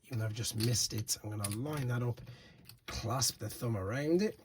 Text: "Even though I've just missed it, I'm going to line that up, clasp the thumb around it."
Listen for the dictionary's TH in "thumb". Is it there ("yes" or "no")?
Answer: yes